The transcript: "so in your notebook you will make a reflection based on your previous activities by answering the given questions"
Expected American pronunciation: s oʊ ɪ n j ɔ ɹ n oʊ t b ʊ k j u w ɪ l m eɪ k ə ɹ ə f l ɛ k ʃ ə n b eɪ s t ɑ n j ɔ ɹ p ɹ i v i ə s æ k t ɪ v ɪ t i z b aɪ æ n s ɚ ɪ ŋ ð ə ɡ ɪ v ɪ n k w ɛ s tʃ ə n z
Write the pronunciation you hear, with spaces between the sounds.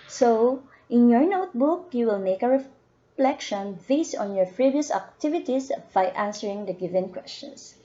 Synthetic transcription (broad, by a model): s oʊ ɪ n j ɔ ɹ n oʊ t b ʊ k j u w ɪ l m eɪ k ə ɹ ə f l ɛ k ʃ ə n b eɪ s t ɑ n j ɔ ɹ p ɹ i v i ə s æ k t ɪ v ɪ t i s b aɪ æ n s ɚ ɪ ŋ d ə ɡ ɪ v ɪ n k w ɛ s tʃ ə n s